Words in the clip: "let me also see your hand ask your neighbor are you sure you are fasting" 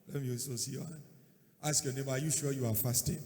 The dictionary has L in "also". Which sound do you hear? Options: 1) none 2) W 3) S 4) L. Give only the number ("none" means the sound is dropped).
1